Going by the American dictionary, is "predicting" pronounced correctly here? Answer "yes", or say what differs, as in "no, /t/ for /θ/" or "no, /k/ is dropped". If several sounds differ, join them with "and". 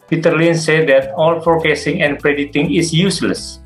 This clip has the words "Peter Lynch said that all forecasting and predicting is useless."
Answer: no, /k/ is dropped